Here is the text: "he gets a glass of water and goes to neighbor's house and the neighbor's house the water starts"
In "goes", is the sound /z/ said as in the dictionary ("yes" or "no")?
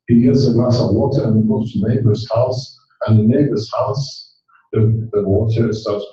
no